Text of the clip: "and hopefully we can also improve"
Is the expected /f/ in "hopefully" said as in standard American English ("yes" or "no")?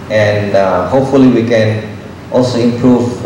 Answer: yes